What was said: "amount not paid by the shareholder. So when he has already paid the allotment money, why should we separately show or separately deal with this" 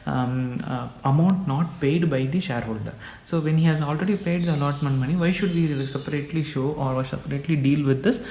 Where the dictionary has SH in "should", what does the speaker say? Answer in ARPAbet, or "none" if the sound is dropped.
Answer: SH